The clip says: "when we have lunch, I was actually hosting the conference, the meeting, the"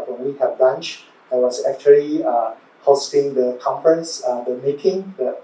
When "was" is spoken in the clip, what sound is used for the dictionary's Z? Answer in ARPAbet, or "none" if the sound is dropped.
S